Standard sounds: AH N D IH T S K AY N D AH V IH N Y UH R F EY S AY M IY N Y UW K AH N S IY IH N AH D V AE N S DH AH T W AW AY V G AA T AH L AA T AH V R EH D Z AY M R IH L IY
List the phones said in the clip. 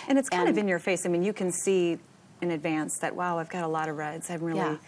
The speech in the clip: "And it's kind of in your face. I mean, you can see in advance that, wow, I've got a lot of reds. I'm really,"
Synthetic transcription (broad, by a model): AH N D IH T S K AY N D AH V IH N Y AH R F EY S AY M IY N Y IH K AH N S IY IH N AH D V AE N S DH AH T W AW AY V G AA T AH L AA T AH V R EH D Z AY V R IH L IY